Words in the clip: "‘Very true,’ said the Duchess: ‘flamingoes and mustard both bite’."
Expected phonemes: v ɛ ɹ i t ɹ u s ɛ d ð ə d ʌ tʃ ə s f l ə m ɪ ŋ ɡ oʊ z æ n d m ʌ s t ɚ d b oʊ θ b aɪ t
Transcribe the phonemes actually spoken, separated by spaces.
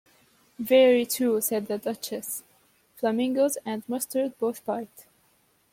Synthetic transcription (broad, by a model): v ɛ ɹ i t u s ɛ d ð ə d ʌ tʃ ə s f l ə m ɪ ŋ ɡ oʊ z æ n d m ʌ s t ɚ d b oʊ θ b aɪ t